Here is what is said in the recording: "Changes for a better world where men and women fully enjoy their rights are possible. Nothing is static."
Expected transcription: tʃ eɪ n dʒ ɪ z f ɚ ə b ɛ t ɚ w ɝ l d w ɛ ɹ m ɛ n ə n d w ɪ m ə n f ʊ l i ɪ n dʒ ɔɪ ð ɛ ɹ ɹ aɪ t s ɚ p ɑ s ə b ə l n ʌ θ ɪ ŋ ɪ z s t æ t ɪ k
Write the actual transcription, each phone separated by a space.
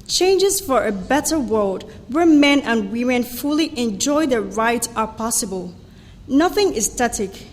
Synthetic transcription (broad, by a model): tʃ eɪ n dʒ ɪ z f ɚ ə b ɛ t ɚ w ɝ l d w ɛ ɹ m ɛ n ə n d w ɪ m ə n f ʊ l i ɪ n dʒ ɔɪ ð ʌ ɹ ɹ aɪ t ɚ p ɑ s ə b ə l n ʌ θ ɪ ŋ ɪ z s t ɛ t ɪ k